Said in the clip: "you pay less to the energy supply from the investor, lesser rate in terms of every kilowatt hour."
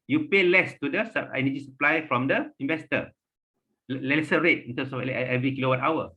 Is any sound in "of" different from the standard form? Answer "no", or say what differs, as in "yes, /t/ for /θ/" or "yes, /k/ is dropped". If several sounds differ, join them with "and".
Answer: yes, /f/ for /v/